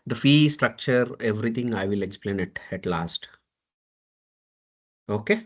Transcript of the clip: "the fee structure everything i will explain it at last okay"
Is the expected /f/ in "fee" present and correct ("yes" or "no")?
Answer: yes